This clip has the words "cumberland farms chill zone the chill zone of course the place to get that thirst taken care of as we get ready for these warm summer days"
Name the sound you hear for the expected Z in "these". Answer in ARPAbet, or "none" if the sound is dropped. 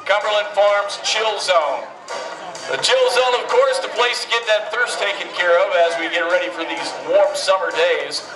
Z